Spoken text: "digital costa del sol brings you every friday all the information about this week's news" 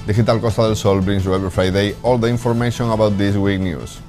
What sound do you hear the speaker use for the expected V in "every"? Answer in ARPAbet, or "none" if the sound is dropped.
B